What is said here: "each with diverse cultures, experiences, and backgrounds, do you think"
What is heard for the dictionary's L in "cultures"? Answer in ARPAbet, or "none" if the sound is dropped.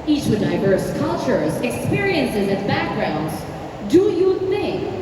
L